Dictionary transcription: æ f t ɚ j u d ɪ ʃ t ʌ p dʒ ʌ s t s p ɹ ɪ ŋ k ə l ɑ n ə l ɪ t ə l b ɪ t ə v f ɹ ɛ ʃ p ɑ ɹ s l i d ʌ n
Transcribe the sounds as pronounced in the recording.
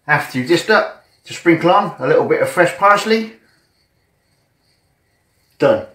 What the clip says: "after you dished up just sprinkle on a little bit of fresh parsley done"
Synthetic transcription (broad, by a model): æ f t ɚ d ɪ s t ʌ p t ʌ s s p ɹ ɪ ŋ k ə l ɑ n ə l ɪ t l b ɪ t ə v f ɹ ɛ ʃ p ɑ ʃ l i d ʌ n